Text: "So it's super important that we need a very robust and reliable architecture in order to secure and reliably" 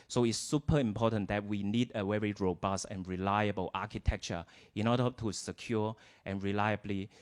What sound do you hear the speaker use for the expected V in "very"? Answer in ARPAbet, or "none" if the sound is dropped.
W